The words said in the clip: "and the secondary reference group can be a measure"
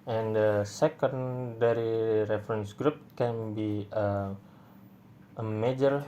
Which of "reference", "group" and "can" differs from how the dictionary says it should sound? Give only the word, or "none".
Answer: none